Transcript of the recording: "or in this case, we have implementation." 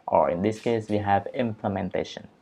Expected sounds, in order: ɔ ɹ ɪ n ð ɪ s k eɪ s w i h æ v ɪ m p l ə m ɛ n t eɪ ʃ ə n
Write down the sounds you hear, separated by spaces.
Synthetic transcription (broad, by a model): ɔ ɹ ɪ n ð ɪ s k eɪ s w i h æ v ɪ m p l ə m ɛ n t eɪ ʃ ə n